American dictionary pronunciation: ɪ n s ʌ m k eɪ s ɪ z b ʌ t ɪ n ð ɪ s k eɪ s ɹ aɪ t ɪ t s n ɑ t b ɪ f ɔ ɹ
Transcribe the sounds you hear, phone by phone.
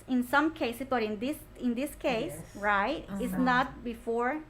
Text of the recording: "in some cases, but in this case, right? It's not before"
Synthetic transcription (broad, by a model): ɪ n s ʌ m k eɪ s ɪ s b ʌ t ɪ n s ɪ s k eɪ s ɹ aɪ t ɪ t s n ɑ t b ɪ f ɔ ɹ